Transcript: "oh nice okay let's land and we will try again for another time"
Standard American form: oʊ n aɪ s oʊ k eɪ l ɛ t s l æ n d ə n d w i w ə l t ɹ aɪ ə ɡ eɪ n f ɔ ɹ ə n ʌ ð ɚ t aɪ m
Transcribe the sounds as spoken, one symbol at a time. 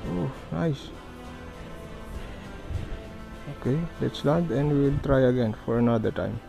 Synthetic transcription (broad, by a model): oʊ n aɪ s oʊ k eɪ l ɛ t s l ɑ d ə n d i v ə l t ɹ aɪ ə ɡ eɪ n f ɔ ɹ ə n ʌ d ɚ t aɪ m